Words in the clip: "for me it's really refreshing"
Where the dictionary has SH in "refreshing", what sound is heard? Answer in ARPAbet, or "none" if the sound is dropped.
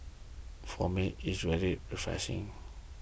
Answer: S